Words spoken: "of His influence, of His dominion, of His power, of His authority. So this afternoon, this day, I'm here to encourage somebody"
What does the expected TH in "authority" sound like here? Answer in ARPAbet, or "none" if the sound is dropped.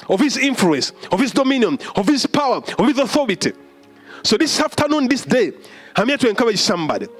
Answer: TH